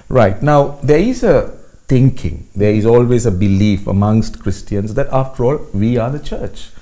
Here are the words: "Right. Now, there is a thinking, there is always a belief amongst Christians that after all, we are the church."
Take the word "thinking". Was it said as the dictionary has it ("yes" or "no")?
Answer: no